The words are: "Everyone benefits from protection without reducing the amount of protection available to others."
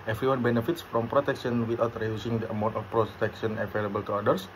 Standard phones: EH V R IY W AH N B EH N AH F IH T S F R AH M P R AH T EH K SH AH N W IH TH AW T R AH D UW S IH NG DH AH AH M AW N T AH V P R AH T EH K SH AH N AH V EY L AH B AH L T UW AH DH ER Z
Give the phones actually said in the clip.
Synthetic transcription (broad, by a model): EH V R IY W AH N B EH N AH F IH T S F R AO M P R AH T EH K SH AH N W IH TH AW T R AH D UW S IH NG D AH AH M AW N T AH F P R AH T EH K SH AH N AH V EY L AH B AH L T UW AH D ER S